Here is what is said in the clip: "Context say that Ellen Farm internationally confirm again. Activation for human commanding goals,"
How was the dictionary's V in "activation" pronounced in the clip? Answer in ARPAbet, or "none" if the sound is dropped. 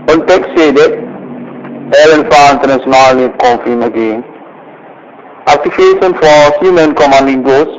F